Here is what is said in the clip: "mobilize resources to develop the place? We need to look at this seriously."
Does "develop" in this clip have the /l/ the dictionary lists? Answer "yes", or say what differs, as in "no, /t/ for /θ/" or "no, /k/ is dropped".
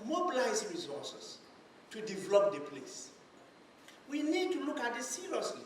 yes